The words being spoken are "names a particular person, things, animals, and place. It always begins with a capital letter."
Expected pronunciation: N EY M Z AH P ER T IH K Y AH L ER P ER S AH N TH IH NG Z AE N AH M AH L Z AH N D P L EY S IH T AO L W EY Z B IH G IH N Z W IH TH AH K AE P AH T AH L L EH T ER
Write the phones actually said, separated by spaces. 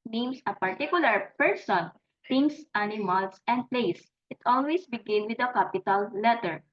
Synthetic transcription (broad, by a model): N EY M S AH P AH T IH K Y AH L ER P ER S AH N T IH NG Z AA N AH M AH L S AH N D P L EY S IH T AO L W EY S B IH G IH N W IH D AH K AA P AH T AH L L EH T ER